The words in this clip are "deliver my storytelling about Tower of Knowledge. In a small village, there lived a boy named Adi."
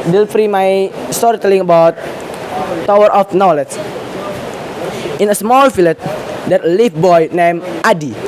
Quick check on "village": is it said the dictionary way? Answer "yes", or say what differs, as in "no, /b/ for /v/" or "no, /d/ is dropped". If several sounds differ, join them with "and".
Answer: no, /f/ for /v/